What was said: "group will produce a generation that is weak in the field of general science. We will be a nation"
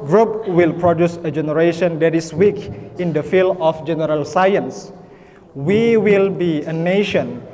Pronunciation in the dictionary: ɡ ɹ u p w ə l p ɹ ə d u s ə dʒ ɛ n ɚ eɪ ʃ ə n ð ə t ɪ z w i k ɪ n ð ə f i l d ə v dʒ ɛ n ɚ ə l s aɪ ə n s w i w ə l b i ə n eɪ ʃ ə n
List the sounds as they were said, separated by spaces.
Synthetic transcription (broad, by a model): ɡ ɹ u p w ə l p ɹ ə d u s ə dʒ ɛ n ɚ eɪ ʃ ə n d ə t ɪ s w i k ɪ n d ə f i l ə f dʒ ɛ n ɚ ə l s aɪ ə n s w i w ə l b i ə n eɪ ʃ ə n